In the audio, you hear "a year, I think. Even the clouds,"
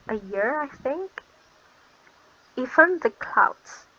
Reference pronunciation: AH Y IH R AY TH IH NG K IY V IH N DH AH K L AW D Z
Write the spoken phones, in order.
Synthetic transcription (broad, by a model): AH Y IH R AY TH IH NG K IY F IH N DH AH K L AW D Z